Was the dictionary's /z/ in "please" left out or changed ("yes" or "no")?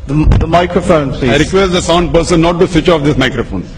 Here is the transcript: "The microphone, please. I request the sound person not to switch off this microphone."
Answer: yes